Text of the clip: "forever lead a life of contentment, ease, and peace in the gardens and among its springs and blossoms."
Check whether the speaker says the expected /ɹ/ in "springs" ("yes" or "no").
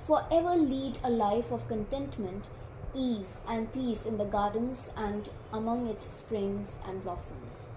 yes